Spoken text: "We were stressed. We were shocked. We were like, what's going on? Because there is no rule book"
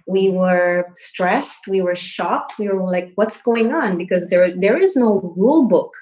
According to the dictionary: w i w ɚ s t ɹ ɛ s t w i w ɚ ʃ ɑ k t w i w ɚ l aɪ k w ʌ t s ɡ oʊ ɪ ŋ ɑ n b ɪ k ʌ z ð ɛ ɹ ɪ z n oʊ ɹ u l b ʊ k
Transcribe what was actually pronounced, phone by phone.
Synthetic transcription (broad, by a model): w i w ɚ s t ɹ ɛ s t w i w ɚ ʃ ɑ k t w i w ɚ l aɪ k w ʌ t s ɡ oʊ ɪ ŋ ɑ n b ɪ k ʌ z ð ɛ ɹ ɪ z n oʊ ɹ u l b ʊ k